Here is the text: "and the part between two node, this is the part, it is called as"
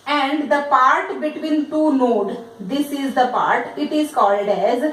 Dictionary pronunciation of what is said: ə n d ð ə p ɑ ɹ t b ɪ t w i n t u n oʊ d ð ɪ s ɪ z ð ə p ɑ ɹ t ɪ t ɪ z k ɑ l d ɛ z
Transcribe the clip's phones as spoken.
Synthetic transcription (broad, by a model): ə n d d ə p ɑ ɹ t b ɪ t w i n t u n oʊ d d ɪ s ɪ z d ə p ɑ ɹ t ɪ t ɪ z k ɑ l d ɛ z